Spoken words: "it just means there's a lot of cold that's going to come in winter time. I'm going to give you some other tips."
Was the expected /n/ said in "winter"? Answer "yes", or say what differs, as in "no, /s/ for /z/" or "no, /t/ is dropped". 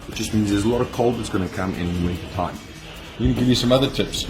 no, /n/ is dropped